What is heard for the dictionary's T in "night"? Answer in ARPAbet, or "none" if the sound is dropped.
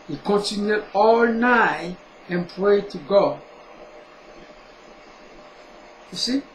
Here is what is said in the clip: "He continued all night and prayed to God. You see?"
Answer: none